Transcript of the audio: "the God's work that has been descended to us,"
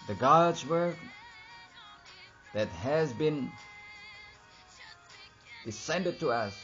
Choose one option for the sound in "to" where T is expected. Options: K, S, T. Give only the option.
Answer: T